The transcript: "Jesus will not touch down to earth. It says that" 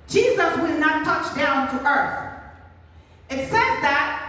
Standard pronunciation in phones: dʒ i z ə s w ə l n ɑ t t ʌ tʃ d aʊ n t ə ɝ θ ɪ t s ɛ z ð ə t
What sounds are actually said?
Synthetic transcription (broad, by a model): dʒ i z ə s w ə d n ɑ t t ʌ tʃ d aʊ n t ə ɝ θ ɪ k s ɛ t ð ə t